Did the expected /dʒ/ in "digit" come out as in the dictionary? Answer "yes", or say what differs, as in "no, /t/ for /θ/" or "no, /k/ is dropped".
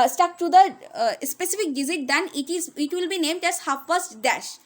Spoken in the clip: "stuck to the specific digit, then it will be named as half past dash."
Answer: no, /z/ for /dʒ/